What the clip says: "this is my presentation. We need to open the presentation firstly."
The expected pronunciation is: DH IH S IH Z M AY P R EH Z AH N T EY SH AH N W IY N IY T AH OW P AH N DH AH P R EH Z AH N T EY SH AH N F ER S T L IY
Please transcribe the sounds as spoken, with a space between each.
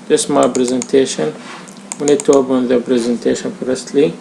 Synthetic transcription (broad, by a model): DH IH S M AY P R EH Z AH N T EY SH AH N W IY N IY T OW B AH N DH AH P R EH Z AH N T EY SH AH N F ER S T L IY